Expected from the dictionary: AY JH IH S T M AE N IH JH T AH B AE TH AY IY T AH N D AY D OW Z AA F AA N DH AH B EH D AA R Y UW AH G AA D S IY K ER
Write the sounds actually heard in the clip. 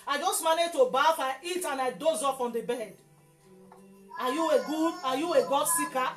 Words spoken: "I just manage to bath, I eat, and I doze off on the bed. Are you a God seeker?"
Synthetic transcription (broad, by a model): AY JH IH S T M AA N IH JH T AH B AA F AY IY T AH N AY D OW Z AA F AA N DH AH B EH D AA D Y UW AH G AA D S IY K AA